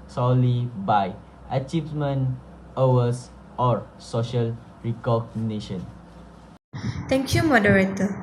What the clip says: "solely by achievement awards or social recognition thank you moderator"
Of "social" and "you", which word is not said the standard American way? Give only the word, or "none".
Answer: none